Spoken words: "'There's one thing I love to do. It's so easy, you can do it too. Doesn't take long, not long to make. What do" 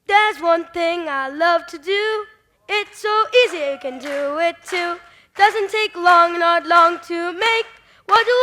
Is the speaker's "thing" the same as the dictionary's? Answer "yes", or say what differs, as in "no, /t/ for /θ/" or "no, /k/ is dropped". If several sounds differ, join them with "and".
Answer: yes